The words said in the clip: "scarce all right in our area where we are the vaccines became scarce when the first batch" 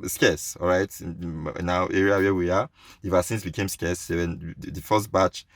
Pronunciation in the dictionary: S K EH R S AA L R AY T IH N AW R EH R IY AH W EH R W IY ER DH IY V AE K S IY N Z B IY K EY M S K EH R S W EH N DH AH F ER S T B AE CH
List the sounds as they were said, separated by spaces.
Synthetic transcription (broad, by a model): S K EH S AA L R AY T N AW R EH R IY AH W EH W IY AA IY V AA S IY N S B IY K EY M S K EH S W EH N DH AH F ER S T B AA CH